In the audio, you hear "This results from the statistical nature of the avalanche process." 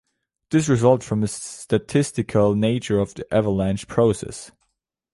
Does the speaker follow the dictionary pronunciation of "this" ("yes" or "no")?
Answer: yes